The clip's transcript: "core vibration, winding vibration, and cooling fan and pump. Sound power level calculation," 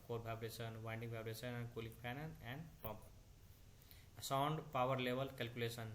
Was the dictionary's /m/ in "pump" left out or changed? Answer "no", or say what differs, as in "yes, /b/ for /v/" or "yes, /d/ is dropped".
yes, /m/ is dropped